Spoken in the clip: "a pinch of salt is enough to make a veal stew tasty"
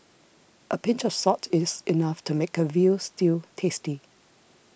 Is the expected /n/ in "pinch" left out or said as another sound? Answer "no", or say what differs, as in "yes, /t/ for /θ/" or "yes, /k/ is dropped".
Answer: no